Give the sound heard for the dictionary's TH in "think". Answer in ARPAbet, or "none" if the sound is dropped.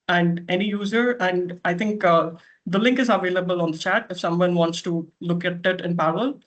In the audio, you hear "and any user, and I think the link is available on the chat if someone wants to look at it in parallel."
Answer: T